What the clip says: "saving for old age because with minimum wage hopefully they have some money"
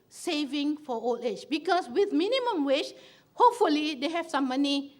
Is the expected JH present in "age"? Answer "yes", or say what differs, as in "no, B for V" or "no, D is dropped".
no, CH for JH